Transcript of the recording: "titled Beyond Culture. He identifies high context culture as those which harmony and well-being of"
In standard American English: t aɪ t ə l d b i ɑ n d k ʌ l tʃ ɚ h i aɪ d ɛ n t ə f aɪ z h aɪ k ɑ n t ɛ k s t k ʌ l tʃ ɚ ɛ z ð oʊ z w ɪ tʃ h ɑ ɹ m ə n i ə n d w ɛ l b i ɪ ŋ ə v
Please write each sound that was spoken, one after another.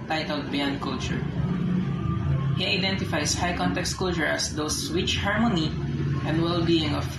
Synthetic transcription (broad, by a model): t aɪ t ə l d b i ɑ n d k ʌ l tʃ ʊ h i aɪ d ɛ n t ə f aɪ s h aɪ k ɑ n t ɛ k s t k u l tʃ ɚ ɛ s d oʊ s w ɪ tʃ h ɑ ɹ m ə n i ə n d w ɛ l b i ɪ ŋ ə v